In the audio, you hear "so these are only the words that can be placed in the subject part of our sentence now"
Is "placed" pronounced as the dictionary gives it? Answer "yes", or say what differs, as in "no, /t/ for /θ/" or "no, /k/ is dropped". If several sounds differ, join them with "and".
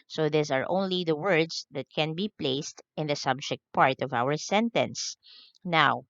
yes